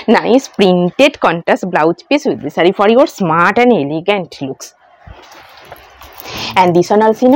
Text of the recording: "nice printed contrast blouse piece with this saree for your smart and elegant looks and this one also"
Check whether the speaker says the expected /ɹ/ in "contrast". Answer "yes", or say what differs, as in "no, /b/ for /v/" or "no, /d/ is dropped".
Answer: no, /ɹ/ is dropped